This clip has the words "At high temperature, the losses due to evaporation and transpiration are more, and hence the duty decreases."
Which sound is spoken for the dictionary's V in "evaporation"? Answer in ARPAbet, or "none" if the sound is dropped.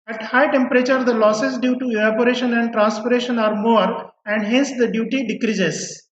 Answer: none